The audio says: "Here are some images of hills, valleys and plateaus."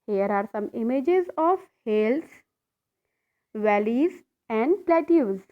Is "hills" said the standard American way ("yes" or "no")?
no